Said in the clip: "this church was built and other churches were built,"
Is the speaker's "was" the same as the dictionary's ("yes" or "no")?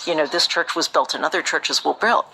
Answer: yes